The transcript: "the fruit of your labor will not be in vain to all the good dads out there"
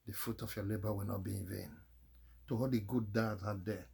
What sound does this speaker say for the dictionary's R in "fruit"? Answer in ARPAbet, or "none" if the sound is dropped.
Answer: none